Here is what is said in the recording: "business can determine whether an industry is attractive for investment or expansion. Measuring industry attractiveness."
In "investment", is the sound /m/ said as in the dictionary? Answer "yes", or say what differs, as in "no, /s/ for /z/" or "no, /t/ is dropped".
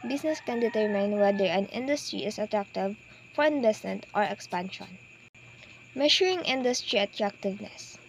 no, /m/ is dropped